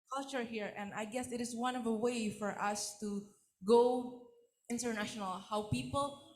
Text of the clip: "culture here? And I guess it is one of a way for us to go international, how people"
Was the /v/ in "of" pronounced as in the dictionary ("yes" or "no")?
yes